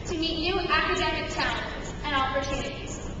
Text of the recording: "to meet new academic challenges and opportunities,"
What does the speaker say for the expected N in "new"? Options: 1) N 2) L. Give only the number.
1